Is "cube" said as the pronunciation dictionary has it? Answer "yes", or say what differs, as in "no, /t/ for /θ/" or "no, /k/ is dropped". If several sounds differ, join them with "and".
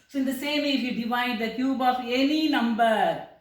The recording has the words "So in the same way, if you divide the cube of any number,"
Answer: yes